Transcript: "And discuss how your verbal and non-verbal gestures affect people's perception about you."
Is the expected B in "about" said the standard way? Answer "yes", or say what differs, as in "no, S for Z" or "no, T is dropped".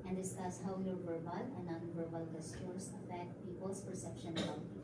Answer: no, B is dropped